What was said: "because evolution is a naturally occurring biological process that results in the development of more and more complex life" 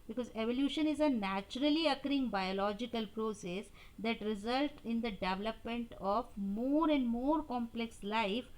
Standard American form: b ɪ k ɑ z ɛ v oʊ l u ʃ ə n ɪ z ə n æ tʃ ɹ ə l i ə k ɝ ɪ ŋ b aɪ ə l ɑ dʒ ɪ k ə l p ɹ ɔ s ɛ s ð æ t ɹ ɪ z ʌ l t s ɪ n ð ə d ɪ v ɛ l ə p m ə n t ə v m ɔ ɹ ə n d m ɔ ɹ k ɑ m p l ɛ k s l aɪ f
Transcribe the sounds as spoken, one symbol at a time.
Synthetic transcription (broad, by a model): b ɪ k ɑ z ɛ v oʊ l u ʃ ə n ɪ z ə n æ tʃ ɹ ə l i ə k ɝ ɪ ŋ b aɪ ə l ɑ dʒ ɪ k ə l p ɹ ɔ s ɛ s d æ t ɹ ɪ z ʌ l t ɪ n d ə d ɪ v ɛ l ə p m ə n t ə v m ɔ ɹ ə n d m ɔ ɹ k ɑ m p l ɛ k s l aɪ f